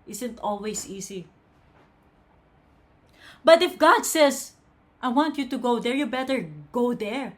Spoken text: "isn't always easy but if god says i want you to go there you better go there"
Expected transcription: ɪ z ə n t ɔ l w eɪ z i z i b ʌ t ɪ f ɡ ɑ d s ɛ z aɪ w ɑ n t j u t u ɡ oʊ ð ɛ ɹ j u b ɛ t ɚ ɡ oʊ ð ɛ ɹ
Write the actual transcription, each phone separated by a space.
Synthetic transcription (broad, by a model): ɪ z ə n t ɔ l w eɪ s i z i b ʌ t ɪ f ɡ ɑ d s ɛ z aɪ w ɑ n t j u t u ɡ oʊ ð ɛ ɹ j u b ɛ t ɚ ɡ oʊ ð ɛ ɹ